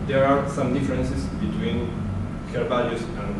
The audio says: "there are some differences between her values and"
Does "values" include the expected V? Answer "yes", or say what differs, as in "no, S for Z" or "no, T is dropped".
no, B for V